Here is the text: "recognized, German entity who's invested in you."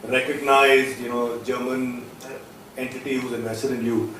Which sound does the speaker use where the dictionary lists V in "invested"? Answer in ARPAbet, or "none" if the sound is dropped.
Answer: none